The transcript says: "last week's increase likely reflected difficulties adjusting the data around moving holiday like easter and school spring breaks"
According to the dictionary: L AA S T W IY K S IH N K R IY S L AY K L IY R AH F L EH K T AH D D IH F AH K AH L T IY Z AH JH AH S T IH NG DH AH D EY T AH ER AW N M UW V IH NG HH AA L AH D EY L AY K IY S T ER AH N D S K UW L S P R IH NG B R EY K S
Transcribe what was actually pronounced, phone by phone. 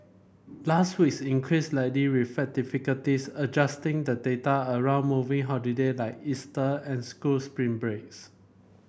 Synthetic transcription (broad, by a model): L AA S T W IY K S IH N K R IY S L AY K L IY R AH F EH T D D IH F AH K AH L T IY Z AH JH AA S T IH NG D AH D EY T AH ER AW N M UW V IH NG HH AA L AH D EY L AY K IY S T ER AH N S K UW L S P R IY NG B R EY K S